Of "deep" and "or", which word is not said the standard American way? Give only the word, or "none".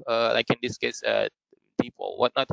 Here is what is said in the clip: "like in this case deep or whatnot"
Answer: or